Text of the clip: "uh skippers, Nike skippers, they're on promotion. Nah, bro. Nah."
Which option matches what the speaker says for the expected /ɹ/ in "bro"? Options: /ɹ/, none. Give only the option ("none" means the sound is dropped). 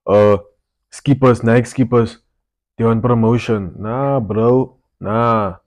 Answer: /ɹ/